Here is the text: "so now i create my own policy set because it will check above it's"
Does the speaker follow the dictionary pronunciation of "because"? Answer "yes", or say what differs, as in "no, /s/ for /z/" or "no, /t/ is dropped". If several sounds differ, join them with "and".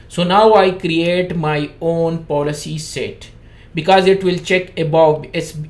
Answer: yes